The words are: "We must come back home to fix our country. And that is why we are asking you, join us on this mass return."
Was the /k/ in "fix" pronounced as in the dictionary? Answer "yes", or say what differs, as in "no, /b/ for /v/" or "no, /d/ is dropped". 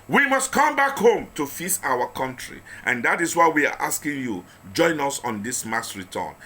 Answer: no, /k/ is dropped